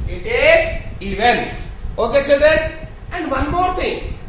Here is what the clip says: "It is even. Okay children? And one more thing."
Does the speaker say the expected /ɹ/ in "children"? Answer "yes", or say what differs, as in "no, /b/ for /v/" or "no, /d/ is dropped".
no, /ɹ/ is dropped